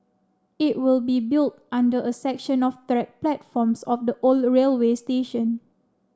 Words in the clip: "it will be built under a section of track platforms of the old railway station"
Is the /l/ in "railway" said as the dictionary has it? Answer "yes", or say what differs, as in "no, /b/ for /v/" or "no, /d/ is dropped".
yes